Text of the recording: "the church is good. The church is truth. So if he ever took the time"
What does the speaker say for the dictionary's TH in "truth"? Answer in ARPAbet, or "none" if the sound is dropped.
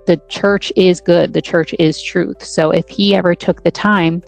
TH